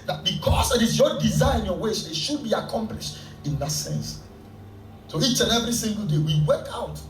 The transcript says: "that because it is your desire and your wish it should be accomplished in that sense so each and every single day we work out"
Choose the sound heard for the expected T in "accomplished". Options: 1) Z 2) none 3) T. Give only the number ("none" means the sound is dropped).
3